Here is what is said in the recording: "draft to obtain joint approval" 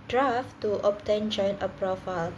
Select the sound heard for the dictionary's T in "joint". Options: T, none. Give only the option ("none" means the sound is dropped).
none